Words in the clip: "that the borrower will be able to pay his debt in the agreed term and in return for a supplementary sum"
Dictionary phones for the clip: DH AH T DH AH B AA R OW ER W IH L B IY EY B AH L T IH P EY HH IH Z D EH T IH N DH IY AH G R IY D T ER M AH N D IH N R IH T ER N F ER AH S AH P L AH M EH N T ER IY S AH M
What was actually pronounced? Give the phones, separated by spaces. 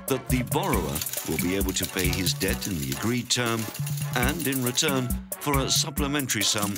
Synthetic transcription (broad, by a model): DH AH T DH AH B AA R OW ER W IH L B IY EY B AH L T IH P EY IH Z D EH T IH N DH IY AH G R IY D T ER M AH N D IH N R IH T ER N F ER AH S AH P L AH M EH N T ER IY S AH M